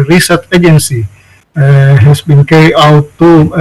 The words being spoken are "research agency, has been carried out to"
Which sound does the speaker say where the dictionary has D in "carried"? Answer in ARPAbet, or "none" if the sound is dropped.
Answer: none